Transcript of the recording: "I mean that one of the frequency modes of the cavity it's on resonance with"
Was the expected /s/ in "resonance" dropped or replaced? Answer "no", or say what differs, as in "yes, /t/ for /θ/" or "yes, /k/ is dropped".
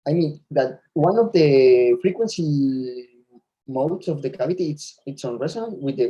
yes, /s/ is dropped